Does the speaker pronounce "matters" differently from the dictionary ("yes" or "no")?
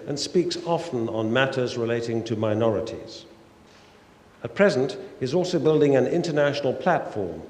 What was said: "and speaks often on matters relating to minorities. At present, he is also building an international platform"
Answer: no